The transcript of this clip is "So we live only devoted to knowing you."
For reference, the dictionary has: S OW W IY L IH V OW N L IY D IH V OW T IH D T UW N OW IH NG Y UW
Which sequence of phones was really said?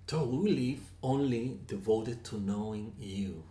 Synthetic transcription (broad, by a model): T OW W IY L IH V OW N L IY D IH V OW T IH D T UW N OW IH NG Y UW